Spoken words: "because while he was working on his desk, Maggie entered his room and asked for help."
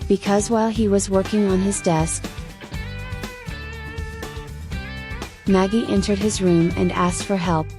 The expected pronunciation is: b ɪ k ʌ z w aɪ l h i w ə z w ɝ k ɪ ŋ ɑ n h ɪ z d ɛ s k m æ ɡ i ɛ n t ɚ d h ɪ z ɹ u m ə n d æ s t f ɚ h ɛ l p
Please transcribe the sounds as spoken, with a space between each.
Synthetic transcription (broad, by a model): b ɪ k ʌ z w aɪ l i w ə z w ɝ k ɪ ŋ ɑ n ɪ z d ɛ s k m æ ɡ i ɛ n t ɚ d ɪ z ɹ u m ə n æ s t f ɚ h ɛ l p